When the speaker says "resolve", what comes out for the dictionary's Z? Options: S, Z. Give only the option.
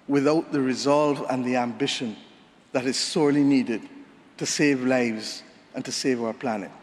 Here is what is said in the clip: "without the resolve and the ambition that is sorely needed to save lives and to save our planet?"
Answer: Z